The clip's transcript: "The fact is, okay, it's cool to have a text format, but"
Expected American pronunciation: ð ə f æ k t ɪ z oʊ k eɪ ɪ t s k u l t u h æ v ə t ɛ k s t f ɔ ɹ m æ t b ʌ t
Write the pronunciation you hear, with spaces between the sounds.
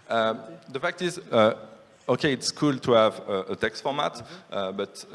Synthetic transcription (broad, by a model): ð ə f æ k t ɪ z oʊ k eɪ ɪ t s k u l t u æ v ə t ɛ k s t f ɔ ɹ m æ t b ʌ t